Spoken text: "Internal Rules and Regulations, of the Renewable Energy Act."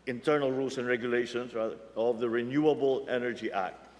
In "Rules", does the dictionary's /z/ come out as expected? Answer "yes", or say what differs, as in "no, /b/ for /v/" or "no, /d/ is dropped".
no, /s/ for /z/